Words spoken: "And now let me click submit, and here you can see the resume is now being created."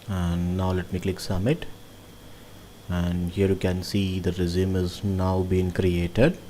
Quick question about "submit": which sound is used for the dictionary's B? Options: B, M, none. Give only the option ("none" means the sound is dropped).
none